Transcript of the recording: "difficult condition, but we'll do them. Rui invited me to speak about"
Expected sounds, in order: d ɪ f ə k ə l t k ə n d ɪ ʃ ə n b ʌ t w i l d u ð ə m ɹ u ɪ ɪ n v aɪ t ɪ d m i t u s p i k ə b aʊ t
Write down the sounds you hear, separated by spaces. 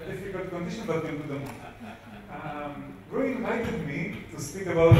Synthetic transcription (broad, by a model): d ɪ f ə k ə l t k ə n d ɪ ʃ ə n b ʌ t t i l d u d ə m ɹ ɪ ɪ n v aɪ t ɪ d m i t u s p i k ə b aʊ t